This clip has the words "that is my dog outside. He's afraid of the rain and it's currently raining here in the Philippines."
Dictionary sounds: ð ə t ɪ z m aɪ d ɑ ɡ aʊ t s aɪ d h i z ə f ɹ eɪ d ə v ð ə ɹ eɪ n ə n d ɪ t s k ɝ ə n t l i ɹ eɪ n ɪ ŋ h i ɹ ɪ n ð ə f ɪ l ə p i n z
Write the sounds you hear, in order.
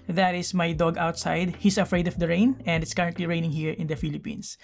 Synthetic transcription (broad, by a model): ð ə t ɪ s m aɪ d ɑ ɡ aʊ t s aɪ d h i s ə f ɹ eɪ d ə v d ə ɹ eɪ n ə n d ɪ t s k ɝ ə n t l i ɹ eɪ n ɪ ŋ h i ɹ ɪ n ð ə f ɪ l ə p i n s